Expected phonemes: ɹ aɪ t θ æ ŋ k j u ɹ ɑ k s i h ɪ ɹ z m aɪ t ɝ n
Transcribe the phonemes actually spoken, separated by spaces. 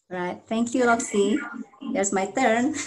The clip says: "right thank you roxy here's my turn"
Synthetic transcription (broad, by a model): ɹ aɪ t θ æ ŋ k j u l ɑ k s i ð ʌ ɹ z m aɪ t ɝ n